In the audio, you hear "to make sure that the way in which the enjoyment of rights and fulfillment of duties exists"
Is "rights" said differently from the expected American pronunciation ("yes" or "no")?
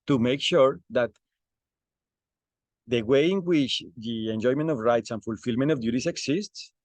no